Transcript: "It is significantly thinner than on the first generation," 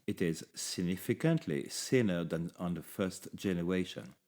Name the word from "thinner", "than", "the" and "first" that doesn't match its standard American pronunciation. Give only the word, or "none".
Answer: thinner